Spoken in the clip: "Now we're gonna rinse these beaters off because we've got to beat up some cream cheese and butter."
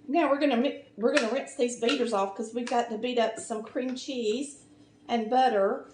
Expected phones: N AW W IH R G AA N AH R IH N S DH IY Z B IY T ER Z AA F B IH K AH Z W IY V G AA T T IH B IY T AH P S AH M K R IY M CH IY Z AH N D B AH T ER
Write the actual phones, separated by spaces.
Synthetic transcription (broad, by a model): N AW W IH R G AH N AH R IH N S DH IY Z B IY T ER Z AA F K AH Z W IY V G AA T T IH B IY T AH P S AH M K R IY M CH IY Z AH N B AH T ER